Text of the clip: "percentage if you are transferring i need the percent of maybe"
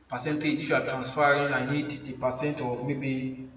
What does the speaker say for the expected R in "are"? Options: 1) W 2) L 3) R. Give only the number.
2